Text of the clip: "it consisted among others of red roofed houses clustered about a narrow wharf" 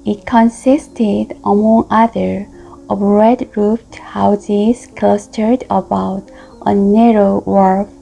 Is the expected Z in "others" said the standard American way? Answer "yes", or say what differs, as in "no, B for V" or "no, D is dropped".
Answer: no, Z is dropped